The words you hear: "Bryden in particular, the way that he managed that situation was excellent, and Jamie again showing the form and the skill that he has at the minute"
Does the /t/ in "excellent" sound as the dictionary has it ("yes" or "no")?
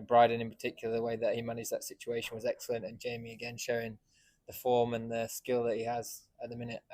yes